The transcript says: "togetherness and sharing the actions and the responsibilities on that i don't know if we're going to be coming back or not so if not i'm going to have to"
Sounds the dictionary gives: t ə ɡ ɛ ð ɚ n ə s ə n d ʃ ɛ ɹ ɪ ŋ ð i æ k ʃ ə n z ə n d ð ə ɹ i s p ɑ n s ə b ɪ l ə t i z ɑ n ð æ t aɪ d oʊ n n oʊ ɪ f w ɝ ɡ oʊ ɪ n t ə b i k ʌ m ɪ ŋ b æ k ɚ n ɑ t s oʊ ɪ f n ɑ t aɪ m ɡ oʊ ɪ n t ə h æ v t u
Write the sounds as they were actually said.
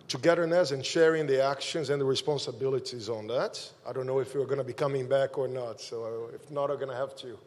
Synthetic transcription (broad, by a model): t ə ɡ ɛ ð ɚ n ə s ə n ʃ ɛ ɹ ɪ ŋ ð i æ k ʃ ə n z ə n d ð ə ɹ i s p ɑ n s ə b ɪ l ə t i z n ð æ t aɪ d oʊ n n oʊ ɪ f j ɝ ɡ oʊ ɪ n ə b i k ʌ m ɪ ŋ b æ k ɚ n ɑ t s oʊ ɪ f n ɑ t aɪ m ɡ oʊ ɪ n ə h æ v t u